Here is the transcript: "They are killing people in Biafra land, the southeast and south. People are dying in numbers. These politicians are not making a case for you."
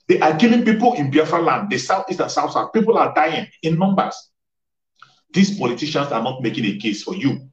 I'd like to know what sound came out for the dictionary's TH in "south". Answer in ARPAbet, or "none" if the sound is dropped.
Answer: S